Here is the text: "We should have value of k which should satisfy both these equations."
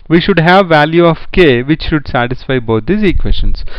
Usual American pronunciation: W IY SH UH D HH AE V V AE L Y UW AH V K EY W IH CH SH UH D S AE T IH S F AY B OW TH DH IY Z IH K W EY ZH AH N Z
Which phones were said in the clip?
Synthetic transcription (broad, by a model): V IY SH UH D HH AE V V AE L Y UW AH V K EY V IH CH SH UH D S AE T IH S F AY B OW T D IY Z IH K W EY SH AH N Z